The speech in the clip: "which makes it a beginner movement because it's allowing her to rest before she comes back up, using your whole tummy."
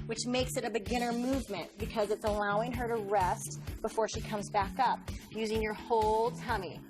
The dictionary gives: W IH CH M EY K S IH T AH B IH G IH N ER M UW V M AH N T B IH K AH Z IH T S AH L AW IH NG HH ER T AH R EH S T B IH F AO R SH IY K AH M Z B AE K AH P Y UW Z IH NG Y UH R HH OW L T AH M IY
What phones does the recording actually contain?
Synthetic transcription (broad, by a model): W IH CH M EY K S IH T AH B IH G IH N ER M UW V M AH N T B IH K AH Z IH T S AH L AW IH NG ER T AH R EH S T B IH F AO R SH IY K AH M Z B AE K AH P Y UW Z IH NG Y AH R HH OW L T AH M IY